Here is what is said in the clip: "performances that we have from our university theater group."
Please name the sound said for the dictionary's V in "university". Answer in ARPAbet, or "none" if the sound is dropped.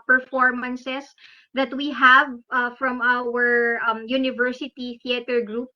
V